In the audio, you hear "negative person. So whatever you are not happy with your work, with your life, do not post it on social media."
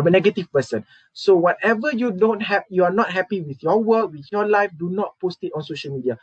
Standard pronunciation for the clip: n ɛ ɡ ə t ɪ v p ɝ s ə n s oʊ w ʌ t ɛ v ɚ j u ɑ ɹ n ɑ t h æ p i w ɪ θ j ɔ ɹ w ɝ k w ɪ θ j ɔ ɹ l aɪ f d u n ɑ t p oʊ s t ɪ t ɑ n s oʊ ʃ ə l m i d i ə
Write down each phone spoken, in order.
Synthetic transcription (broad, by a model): n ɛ ɡ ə t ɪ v p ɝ s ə n s oʊ w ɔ t ɛ v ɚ j u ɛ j n ɑ t h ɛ p i w ɪ θ j ɔ w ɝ k w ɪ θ j ɔ l aɪ f d u n ɑ t p oʊ s t ɪ t ɑ n s oʊ ʃ ə l m i d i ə